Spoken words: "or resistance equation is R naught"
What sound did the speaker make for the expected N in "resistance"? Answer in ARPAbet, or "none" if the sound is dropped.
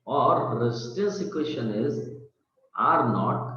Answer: none